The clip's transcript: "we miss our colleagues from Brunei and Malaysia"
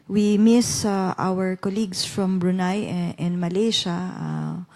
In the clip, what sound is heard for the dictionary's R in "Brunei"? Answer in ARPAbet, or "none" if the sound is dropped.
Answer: R